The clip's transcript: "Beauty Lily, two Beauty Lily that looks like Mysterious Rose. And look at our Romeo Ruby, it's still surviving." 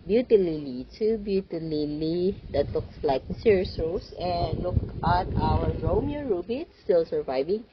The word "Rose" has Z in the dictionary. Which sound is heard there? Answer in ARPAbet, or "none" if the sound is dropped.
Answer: S